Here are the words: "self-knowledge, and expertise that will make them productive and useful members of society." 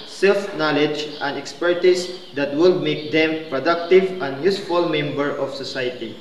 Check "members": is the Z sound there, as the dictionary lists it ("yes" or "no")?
no